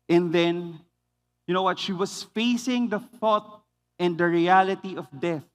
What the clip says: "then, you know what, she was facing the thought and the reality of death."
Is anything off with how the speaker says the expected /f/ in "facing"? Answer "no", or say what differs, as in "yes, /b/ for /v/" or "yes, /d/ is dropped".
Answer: no